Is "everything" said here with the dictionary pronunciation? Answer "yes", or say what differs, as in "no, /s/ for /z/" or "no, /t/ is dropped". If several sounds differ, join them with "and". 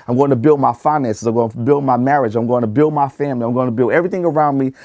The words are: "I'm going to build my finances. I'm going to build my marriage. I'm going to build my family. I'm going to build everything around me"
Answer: yes